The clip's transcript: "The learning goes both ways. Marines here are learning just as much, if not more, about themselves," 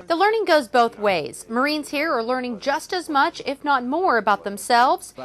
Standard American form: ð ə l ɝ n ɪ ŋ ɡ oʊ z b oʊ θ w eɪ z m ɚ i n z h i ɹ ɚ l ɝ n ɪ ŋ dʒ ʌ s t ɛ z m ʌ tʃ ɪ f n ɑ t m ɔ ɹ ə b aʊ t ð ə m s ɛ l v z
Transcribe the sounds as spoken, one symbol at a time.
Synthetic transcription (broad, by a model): ð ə l ɝ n ɪ ŋ ɡ oʊ z b oʊ θ w eɪ z m ɚ i n z h i ɹ ɚ l ɝ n ɪ ŋ dʒ ʌ s t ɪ z m ʌ tʃ ɪ f n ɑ t m ɔ ɹ ə b aʊ t ð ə m s ɛ l v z